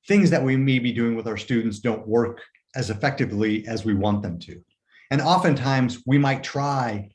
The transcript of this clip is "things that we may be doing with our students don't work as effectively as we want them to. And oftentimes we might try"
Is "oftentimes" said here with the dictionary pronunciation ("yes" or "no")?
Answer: yes